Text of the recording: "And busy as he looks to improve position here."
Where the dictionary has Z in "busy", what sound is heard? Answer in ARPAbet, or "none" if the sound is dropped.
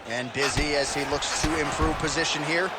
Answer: Z